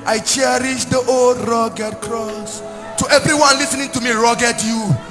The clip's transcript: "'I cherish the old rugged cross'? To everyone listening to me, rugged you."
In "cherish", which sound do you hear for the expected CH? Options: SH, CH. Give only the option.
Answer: CH